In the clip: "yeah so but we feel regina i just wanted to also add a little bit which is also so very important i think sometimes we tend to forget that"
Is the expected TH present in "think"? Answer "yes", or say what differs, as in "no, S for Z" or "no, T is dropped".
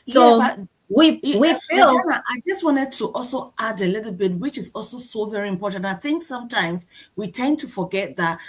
yes